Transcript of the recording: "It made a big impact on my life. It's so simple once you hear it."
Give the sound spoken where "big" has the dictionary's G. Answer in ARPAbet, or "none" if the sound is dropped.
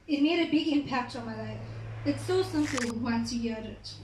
G